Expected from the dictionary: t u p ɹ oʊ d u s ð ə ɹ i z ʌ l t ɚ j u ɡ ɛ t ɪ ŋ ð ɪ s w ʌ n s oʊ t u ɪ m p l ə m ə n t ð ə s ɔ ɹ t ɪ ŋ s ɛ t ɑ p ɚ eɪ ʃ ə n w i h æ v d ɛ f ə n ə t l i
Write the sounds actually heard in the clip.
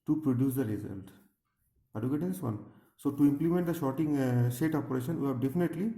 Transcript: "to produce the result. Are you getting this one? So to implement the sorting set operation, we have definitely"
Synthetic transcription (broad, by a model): t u p ɹ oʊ d u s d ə ɹ i z ʌ l t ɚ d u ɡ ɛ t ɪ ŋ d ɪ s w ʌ n s oʊ t u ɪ m p l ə m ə n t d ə ʃ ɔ t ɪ ŋ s ɛ t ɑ p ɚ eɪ ʃ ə n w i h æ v d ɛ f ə n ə t l i